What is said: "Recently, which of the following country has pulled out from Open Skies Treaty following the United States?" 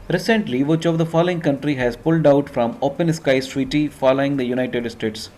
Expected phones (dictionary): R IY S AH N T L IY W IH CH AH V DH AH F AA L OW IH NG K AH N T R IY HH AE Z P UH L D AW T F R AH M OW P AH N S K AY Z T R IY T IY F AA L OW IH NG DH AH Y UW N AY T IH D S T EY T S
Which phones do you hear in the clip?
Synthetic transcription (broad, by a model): R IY S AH N T L IY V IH CH AH V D AH F AA L OW IH NG K AH N T R IY HH AE Z P UH L D AW T F R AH M OW P AH N S K AY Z T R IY T IY F AA L OW IH NG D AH Y UW N AY T IH D S T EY T S